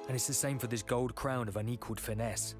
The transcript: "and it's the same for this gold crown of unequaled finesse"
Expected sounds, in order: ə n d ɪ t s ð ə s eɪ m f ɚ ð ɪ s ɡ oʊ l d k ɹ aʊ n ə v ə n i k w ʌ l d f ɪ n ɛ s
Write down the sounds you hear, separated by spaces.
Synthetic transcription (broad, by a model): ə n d ɪ t s ð ə s eɪ m f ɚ ð ɪ s ɡ oʊ l d k ɹ aʊ n ə v ə n i k w ʌ l d f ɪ n ɛ s